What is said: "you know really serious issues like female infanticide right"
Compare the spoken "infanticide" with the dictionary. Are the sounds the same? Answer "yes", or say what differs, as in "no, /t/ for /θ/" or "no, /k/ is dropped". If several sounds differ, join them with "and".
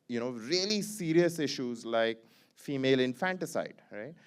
yes